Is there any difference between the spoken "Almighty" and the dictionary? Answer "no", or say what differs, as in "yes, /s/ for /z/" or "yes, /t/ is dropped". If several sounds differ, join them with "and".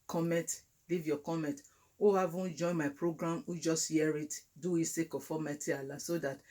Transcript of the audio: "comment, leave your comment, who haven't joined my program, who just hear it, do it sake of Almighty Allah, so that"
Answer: yes, /l/ is dropped